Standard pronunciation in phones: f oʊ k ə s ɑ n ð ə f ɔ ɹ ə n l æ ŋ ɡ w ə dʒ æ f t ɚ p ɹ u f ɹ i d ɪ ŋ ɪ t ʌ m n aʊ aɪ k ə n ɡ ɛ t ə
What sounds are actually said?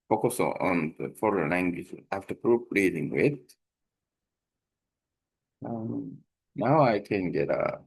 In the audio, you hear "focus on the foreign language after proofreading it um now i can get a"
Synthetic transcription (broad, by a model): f oʊ k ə s ɑ n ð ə f ɔ ɹ ə n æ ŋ ɡ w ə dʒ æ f t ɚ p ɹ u p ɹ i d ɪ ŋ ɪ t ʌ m n aʊ aɪ k ə n ɡ ɛ t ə